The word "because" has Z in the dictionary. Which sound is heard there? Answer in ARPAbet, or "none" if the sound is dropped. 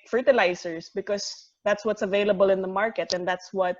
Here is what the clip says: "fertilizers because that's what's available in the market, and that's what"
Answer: S